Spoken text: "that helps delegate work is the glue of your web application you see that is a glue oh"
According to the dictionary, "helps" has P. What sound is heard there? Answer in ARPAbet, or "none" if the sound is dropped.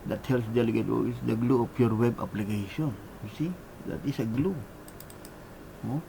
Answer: none